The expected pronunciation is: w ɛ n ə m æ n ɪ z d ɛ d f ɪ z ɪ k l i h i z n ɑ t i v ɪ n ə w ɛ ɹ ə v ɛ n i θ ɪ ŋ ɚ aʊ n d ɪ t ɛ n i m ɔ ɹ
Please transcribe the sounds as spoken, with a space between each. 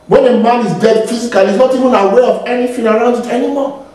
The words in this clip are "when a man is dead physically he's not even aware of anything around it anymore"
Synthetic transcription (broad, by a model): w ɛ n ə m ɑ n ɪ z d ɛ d f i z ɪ k i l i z n ɑ t i v ɪ n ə w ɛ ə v ɛ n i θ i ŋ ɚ aʊ n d ɪ t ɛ n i m ɔ